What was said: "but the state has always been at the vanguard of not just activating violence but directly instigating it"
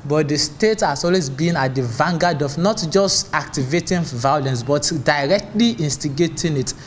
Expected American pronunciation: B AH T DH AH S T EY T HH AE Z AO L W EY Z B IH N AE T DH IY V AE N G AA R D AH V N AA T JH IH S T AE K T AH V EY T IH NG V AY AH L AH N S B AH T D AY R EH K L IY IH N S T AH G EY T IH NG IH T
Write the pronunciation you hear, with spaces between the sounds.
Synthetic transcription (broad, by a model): B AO T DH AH S T EY T HH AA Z AO L W EY Z B IH N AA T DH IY V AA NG G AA D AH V N AA T JH IH S T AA K T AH V EY T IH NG V AY AH L AH N S B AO T D AY R EH K L IY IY N S T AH G EY T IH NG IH T